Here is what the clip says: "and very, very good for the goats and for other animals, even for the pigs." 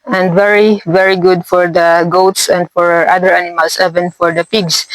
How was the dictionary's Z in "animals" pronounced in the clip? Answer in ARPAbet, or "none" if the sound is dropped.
S